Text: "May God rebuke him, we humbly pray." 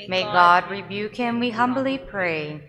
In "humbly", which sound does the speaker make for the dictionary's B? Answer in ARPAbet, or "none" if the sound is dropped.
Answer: B